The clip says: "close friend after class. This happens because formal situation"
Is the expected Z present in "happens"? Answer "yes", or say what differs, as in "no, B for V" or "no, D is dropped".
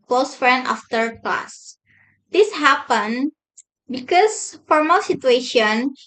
no, Z is dropped